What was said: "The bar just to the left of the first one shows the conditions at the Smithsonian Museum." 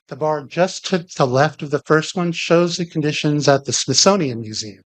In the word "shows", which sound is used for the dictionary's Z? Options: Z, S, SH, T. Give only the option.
Z